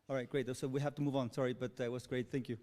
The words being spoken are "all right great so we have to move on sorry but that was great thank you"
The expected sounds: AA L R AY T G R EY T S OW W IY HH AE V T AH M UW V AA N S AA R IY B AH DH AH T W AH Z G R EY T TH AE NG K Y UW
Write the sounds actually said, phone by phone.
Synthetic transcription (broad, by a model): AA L R AY T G R EY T S OW W IY HH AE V T AH M UW V N S AA R IY B AH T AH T W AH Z G R EY T TH AE NG K Y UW